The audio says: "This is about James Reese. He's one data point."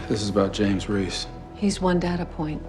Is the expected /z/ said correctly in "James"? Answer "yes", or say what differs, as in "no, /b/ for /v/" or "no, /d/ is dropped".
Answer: yes